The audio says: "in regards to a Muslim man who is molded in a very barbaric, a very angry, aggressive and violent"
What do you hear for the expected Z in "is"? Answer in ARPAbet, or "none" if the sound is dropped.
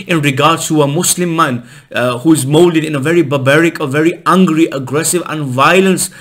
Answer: Z